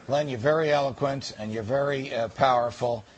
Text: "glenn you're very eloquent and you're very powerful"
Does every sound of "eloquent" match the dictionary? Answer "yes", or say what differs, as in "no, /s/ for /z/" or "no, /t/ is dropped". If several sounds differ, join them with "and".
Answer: yes